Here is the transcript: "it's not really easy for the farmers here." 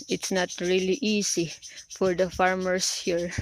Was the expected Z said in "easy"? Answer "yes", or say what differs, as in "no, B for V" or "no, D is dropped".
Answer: no, S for Z